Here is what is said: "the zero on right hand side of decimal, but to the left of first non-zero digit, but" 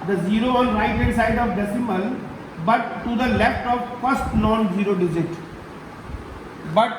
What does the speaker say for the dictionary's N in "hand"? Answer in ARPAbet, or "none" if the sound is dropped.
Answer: none